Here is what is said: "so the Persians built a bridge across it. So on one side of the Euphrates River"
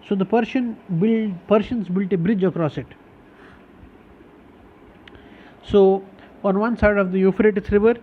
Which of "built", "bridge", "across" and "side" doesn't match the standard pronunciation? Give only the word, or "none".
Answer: none